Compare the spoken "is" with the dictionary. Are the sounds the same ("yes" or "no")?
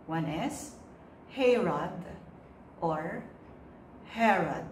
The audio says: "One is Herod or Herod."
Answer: no